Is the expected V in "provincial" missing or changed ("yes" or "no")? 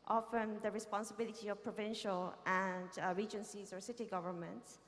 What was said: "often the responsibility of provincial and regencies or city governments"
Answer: no